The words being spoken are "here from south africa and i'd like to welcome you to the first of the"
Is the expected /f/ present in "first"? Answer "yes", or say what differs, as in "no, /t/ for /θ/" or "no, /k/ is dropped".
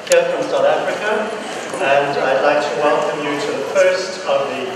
no, /p/ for /f/